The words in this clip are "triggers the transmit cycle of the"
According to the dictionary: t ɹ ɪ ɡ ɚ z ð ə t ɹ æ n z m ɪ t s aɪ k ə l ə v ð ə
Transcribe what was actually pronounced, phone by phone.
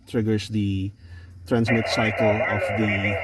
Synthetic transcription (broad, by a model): t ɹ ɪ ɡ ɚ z ð ə t ɹ æ n z m ɪ t s aɪ k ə l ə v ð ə